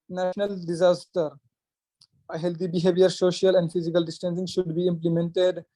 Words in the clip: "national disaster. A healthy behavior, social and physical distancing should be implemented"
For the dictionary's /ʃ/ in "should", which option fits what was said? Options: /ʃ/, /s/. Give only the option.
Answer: /ʃ/